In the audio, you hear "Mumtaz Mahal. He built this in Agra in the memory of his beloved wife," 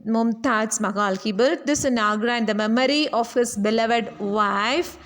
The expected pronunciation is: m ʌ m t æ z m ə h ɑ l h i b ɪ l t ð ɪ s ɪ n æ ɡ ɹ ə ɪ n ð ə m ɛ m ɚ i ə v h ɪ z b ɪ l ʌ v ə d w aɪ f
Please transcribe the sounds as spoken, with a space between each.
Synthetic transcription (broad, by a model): m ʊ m t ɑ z m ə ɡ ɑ l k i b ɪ t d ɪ s ɪ n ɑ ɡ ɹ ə ɪ n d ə m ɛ m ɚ i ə f h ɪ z b ɪ l ʌ v ə d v aɪ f